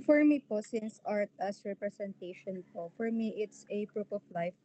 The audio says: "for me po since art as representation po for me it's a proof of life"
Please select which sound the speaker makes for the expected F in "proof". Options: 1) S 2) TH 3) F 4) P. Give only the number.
4